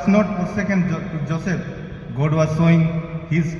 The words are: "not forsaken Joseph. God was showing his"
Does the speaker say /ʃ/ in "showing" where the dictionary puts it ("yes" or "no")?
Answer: no